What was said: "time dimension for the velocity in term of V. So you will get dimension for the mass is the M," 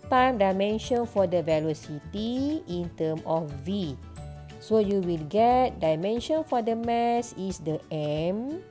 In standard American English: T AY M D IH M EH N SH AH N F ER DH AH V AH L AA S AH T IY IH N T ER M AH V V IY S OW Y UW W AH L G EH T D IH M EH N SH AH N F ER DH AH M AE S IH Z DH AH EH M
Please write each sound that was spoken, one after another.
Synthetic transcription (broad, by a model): T AY M D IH M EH N SH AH N F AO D AH V AH L AA S AH T IY IH N T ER M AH F V IY S OW Y UW W AH L G EH T D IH M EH N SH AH N F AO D AH M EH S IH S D AH EH M